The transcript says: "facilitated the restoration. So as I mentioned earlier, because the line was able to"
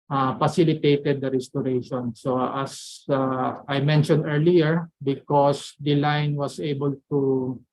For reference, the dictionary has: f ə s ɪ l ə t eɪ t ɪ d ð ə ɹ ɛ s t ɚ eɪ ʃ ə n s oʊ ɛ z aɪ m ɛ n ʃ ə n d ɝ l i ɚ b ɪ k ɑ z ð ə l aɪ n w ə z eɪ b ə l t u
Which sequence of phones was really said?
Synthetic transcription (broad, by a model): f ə s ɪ l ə t eɪ t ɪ d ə ɹ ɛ s t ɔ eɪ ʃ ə n s oʊ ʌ s aɪ m ɛ n ʃ ə n d ɝ l i ɚ b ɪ k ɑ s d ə l aɪ n w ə s eɪ b ə l t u